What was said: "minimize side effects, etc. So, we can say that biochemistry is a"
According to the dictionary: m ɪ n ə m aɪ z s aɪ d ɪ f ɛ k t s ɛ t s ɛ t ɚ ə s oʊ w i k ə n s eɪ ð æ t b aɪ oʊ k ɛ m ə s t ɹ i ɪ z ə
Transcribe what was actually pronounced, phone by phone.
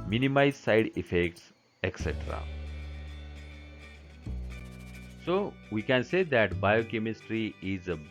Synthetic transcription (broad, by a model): m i n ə m aɪ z s aɪ d ɪ f ɛ k t s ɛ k s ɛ t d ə s oʊ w i k ə n s eɪ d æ t b aɪ oʊ k ɛ m ə s t ɹ i ɪ z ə